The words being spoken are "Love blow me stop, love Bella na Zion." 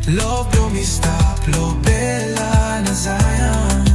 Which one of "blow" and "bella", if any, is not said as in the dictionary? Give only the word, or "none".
blow